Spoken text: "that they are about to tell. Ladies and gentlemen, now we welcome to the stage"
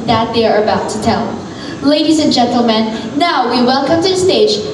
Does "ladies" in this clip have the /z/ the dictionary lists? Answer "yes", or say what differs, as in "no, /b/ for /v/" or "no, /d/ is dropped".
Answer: yes